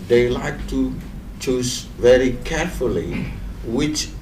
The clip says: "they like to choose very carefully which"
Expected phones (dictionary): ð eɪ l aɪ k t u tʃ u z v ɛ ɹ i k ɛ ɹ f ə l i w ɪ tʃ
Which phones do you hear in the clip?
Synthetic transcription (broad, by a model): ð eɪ l aɪ k t u tʃ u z v ɛ ɹ i k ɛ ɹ f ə l i w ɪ tʃ